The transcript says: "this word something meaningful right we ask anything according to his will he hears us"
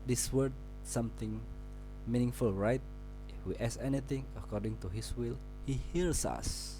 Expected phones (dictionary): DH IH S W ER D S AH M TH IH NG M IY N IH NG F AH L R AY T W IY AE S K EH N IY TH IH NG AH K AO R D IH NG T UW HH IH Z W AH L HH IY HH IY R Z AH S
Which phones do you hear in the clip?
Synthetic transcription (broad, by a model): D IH S W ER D S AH M T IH NG M IY N IH NG F AH L R AY T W IY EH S EH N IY T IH NG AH K AO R D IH NG T UW HH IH S W AH L HH IY HH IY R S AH S